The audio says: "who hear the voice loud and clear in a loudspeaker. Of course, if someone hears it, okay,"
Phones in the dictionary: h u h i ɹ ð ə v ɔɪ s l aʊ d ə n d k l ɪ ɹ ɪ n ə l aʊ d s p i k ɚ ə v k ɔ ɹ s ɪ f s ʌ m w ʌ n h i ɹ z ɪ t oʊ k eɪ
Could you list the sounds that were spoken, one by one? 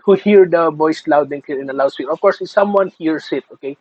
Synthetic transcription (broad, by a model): h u h i ɹ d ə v ɔɪ s l aʊ d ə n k ɪ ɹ ɪ n ə l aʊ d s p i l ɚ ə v k ɔ ɹ s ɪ s ʌ m w ʌ n h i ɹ s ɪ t oʊ k eɪ